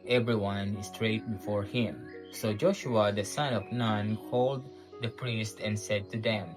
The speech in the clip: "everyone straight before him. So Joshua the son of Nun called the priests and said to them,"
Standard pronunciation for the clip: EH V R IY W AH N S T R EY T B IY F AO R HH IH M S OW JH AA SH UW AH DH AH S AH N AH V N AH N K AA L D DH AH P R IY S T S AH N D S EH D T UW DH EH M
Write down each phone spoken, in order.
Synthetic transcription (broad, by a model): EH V R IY W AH N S T R EY T B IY F AO R HH IH M S OW JH AA SH UW AH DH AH S AH N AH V N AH N K AA L D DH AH P R IY S T AH N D S EH D T UW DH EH M